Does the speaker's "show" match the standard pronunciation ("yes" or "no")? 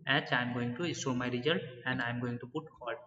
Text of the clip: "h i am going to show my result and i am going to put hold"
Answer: no